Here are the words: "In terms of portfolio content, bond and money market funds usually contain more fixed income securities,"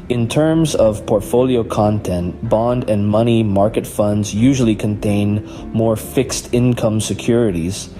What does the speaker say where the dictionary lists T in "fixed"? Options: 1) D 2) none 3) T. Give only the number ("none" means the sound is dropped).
3